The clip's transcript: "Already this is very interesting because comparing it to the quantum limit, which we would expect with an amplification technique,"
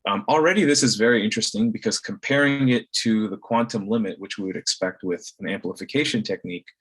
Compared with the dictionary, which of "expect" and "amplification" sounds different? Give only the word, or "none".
none